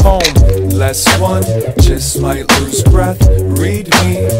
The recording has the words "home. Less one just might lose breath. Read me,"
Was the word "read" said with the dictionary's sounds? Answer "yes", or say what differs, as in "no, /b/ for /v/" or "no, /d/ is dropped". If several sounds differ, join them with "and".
yes